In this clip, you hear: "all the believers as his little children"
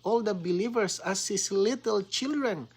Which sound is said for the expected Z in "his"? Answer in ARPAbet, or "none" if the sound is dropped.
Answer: S